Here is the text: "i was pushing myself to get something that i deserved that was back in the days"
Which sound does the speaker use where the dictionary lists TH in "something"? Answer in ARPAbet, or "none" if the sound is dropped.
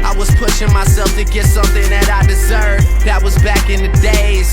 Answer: TH